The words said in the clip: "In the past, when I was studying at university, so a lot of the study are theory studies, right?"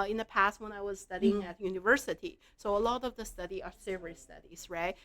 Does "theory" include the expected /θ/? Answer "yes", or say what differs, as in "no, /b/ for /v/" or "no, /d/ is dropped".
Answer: no, /s/ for /θ/